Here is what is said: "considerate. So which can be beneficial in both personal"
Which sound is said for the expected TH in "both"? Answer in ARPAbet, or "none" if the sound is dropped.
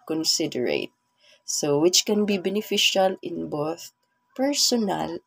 TH